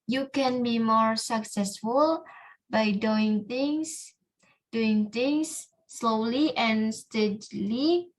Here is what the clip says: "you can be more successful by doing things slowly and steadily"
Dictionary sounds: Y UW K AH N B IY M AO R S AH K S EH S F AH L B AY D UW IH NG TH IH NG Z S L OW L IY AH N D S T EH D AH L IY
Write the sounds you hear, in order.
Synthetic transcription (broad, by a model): Y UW K AH N B IY M AO R S AH K S EH S F AH L B AY D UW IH NG S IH NG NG S L OW L IY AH N S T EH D L IY